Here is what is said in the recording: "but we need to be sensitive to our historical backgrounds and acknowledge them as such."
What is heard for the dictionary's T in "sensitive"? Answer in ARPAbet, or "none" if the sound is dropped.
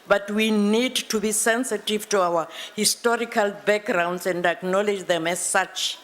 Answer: T